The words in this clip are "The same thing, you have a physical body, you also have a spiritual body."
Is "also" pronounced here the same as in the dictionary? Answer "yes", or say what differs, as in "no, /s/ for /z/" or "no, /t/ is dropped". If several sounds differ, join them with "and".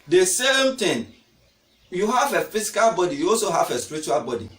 yes